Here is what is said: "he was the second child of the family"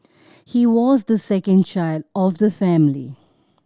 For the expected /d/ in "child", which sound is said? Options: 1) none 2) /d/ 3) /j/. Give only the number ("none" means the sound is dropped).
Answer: 2